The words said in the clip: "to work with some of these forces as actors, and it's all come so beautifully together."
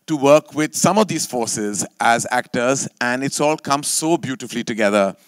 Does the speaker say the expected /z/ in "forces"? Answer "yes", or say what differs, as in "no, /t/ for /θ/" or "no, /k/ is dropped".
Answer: yes